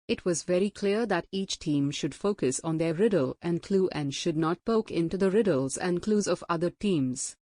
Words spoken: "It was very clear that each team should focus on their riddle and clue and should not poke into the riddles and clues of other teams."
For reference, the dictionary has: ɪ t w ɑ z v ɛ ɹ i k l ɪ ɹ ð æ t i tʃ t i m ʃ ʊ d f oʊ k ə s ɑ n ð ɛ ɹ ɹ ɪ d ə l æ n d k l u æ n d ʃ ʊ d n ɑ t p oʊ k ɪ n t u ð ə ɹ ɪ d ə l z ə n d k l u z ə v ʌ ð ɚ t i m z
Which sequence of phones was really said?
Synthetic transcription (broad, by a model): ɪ t w ɑ z v ɛ ɹ i k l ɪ ɹ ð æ t i tʃ t i m ʃ ʊ d f oʊ k ə s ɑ n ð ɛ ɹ ɹ ɪ d ə l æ n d k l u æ n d ʃ ʊ d n ɑ t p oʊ k ɪ n t u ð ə ɹ ɪ d ə l z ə n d k l u z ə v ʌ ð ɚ t i m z